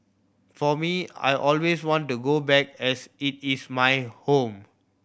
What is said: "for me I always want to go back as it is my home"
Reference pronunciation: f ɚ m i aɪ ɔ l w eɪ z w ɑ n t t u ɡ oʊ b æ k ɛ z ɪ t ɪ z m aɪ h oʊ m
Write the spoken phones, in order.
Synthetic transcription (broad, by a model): f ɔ m i aɪ ɔ l w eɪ s w ɑ n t t u ɡ oʊ b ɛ k ɛ s ɪ t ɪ s m aɪ h oʊ m